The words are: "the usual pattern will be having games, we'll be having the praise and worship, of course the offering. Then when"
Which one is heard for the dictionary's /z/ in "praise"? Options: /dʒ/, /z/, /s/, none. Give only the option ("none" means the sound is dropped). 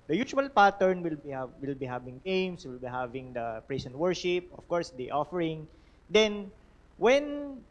/s/